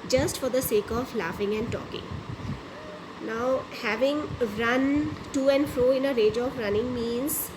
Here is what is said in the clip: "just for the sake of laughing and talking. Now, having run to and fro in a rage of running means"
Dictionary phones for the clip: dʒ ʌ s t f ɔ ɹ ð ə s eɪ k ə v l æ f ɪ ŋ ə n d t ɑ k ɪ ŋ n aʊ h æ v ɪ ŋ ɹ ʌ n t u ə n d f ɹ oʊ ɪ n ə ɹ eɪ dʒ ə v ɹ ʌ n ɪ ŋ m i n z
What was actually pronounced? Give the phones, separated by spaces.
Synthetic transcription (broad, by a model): dʒ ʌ s t f ɔ ɹ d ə s eɪ k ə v l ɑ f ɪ ŋ ə n d t ɑ k ɪ ŋ n aʊ h æ v ɪ ŋ ɹ ʌ n t u ə n d f ɹ oʊ ɪ n ə ɹ eɪ dʒ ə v ɹ ʌ n ɪ ŋ m i n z